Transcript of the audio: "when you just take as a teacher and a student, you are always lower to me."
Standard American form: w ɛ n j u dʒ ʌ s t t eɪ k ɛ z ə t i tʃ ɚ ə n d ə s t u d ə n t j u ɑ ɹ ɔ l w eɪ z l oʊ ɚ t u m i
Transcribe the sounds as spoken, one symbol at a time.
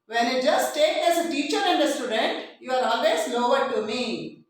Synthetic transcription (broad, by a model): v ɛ n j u dʒ ʌ s t t eɪ k ɛ z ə t i tʃ ɚ ə n d ə s t u d ə n t j u ɑ ɹ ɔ l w eɪ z n oʊ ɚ t u m i